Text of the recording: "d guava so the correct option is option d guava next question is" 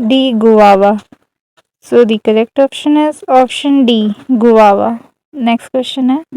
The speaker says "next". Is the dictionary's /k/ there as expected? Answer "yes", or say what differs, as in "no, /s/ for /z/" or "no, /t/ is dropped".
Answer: yes